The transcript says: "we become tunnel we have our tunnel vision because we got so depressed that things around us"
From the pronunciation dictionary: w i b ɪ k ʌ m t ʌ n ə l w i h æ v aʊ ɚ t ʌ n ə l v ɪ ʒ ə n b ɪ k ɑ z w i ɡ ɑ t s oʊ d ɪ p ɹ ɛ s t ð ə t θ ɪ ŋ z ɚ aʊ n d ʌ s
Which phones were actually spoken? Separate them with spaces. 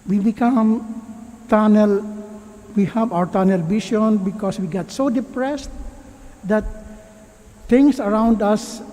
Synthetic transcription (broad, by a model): w i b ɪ k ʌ m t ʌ n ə l w i h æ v aʊ ɚ t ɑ n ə l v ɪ ʃ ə n b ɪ k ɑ s w i ɡ ɑ t s oʊ d ɪ p ɹ ɛ s t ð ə t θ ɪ ŋ s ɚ aʊ n d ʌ s